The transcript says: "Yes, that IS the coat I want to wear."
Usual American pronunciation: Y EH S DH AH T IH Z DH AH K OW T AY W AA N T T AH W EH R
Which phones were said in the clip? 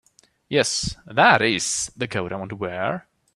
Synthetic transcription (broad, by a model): Y EH S DH AH T IH Z DH AH K OW T AY W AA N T T AH W EH R